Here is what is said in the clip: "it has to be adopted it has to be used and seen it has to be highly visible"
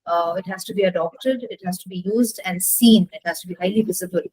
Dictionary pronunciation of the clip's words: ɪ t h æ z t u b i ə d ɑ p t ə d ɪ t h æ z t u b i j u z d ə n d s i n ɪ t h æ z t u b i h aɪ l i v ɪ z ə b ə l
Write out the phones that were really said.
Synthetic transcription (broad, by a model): ɪ t h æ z t u b i ə d ɑ p t ə d ɪ t h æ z t u b i j u z d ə n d s i n ɪ t h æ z t u b i h aɪ l i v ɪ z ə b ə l